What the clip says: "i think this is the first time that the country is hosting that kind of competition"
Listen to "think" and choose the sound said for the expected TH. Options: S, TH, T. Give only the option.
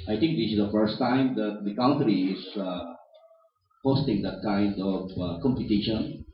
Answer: T